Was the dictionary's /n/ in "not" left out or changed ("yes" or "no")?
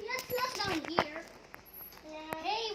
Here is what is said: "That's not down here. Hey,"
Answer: yes